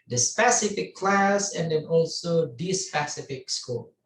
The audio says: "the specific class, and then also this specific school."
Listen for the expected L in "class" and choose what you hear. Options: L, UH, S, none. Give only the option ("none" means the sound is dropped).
L